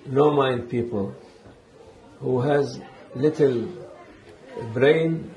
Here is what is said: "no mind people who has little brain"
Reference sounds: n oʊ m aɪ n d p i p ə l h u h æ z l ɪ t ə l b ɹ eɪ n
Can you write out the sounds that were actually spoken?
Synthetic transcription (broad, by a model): n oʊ m aɪ n d p i p ə l h u h æ z l ɪ t ə l b ɹ eɪ n